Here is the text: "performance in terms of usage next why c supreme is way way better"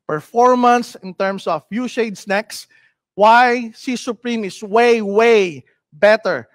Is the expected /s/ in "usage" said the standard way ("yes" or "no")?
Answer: no